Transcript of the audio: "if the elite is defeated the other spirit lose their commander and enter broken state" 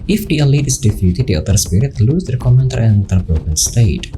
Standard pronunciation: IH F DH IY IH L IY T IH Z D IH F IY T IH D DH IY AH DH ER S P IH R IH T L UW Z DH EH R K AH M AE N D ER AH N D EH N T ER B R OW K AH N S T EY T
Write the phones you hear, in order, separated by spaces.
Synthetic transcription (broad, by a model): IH F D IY IH L IY T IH S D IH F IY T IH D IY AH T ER S P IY R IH T L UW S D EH K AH M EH N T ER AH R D EH N T ER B OW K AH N S T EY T